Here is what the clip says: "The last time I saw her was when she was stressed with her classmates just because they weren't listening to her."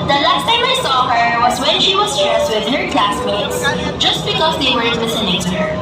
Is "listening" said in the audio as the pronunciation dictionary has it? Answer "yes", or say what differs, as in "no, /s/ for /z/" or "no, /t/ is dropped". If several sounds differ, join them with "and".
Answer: no, /n/ is dropped